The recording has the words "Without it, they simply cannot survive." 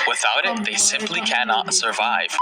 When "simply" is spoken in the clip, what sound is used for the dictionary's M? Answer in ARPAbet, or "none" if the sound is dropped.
M